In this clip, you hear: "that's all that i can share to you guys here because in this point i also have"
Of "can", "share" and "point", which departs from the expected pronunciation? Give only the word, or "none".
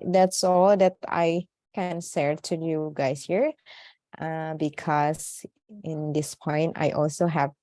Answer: share